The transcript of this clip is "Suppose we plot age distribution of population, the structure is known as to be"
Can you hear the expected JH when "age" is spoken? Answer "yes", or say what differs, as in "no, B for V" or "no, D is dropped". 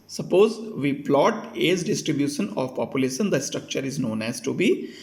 no, Z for JH